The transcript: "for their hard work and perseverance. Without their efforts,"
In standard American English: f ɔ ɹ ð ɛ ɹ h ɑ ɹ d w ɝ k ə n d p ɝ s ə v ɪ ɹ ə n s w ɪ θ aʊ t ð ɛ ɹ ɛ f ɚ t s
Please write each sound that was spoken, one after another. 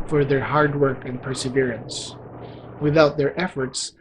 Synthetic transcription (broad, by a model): f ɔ ɹ ð ɛ ɹ h ɑ ɹ d w ɝ k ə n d p ɝ s ə v ɪ ɹ ə n s w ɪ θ aʊ t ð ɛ ɹ ɛ f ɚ t s